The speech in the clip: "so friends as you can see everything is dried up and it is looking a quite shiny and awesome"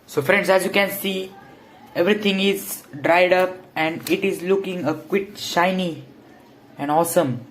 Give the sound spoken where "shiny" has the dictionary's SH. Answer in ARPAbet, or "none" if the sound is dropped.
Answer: SH